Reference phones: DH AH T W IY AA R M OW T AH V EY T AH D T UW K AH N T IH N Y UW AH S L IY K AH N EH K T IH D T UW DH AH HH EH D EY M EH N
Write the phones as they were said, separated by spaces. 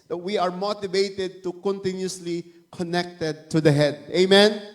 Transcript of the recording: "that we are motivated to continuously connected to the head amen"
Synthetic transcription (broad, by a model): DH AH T W IY AA R M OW T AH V EY T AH D T UW K AH N T IH N Y UW AH S L IY K AH N EH K T IH D T UW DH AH HH EH D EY M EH N